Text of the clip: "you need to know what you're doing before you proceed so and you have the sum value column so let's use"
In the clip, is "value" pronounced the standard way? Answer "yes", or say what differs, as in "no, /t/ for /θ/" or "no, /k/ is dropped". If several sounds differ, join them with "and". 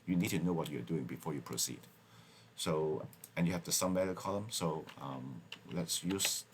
no, /b/ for /v/